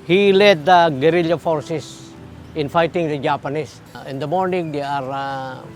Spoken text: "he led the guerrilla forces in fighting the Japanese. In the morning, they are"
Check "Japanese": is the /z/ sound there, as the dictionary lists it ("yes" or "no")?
no